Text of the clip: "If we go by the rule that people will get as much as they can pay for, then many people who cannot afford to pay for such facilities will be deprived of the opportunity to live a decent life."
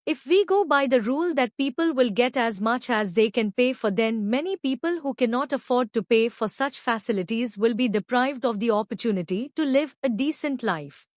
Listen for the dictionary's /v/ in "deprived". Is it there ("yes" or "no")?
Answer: yes